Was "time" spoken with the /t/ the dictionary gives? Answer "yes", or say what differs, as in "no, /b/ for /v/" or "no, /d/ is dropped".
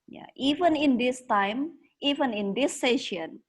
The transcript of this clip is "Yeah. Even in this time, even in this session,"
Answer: yes